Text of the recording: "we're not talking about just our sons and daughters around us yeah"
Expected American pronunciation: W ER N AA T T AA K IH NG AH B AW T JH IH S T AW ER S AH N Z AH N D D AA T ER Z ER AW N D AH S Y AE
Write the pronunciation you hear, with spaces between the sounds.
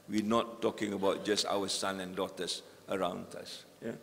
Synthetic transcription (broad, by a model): W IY N AA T T AA K IH NG AH B AW T JH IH S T AW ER S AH N AH N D D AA T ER S ER AW N D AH S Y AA